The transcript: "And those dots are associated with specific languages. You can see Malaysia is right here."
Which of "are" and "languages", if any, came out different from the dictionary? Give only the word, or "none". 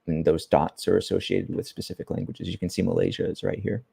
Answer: none